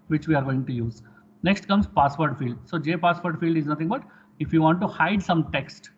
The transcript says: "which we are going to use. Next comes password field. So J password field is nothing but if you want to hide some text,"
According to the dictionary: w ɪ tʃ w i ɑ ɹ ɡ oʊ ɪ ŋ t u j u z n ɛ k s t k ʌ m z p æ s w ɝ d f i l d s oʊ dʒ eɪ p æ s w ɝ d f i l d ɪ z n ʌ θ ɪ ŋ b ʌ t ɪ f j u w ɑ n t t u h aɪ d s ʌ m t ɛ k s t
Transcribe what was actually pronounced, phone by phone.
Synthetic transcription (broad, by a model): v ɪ tʃ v i ɑ ɹ ɡ oʊ ɪ ŋ t u j u z n ɛ k s t k ʌ m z p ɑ s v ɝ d f i l d s oʊ dʒ eɪ p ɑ s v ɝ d f i l d ɪ z n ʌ t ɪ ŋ b ʌ t ɪ f j u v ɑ n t t u h aɪ d s ʌ m t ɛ k s t